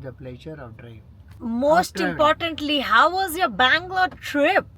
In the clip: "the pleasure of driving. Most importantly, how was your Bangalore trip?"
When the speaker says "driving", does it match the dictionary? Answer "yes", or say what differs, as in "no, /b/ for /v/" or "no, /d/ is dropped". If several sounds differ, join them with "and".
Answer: no, /v/ is dropped